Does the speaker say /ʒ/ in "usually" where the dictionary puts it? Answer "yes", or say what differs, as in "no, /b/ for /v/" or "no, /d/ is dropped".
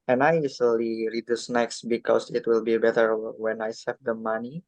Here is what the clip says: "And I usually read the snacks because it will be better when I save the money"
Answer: no, /z/ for /ʒ/